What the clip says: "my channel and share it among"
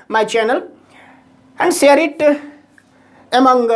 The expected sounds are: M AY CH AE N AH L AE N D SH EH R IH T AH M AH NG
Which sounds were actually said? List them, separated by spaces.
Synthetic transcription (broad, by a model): M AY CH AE N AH L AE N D S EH R IH T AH M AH NG